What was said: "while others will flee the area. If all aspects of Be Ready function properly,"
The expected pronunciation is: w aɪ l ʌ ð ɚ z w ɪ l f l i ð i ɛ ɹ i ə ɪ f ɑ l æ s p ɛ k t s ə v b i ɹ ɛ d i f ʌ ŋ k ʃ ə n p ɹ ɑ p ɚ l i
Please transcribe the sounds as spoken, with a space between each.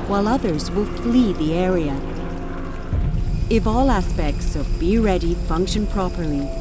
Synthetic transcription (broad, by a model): w aɪ l ʌ ð ɚ z w ɪ l f l i ð i ɛ ɹ i ə ɪ f ɑ l æ s p ɛ k t s ə v b i ɹ ɛ d i f ʌ ŋ k ʃ ə n p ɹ ɑ p ɚ l i